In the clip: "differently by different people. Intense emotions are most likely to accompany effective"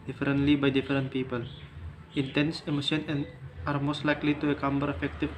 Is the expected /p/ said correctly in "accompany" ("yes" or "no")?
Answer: no